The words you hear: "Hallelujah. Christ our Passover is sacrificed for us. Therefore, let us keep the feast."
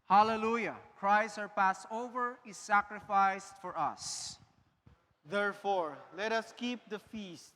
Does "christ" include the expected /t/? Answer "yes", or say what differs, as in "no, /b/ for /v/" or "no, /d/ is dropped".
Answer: no, /t/ is dropped